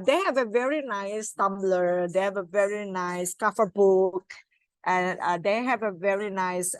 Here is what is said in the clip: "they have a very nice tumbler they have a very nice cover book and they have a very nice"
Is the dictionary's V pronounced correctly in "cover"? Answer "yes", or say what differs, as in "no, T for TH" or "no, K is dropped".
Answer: no, F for V